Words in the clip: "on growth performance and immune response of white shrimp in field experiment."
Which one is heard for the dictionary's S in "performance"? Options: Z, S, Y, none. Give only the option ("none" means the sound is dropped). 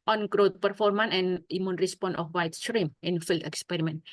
none